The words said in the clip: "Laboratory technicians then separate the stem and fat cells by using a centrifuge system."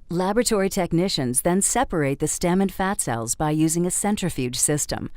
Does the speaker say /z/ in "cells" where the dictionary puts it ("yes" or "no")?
yes